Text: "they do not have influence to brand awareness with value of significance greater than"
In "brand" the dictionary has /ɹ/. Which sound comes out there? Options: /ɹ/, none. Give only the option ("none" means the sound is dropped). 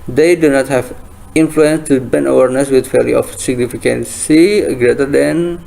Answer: none